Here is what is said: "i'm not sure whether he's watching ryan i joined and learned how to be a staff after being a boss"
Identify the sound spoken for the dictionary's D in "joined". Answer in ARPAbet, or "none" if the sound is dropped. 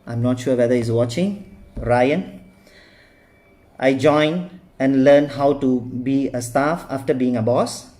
none